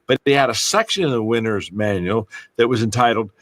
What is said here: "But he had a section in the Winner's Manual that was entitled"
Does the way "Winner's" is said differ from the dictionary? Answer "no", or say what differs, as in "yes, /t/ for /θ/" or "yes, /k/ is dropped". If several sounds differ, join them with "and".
no